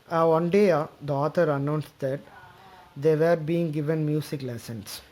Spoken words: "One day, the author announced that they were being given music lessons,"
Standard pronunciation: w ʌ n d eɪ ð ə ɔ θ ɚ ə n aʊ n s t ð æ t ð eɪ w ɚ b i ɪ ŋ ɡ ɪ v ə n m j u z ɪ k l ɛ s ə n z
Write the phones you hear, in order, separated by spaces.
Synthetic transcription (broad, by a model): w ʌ n d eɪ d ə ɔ t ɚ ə n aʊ n s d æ t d eɪ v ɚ b i ɪ ŋ ɡ ɪ v ə n m j u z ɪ k l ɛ s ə n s